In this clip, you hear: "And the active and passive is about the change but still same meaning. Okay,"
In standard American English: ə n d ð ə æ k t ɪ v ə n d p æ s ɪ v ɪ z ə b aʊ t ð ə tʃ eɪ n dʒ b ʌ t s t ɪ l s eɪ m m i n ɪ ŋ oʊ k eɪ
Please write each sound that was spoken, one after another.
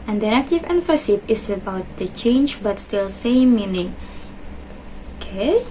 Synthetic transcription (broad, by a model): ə n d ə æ t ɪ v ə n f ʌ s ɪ p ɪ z ə b aʊ t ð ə tʃ eɪ n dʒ b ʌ t s t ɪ l s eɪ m m i n ɪ ŋ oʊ k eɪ